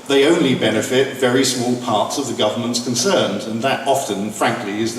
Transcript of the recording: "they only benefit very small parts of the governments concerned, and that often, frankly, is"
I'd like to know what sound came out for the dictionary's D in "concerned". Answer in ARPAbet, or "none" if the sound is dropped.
D